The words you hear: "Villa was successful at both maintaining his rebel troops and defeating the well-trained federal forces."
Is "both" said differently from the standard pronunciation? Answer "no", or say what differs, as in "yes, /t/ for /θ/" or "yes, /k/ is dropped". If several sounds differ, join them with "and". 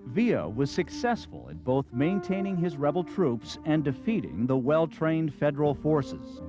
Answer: no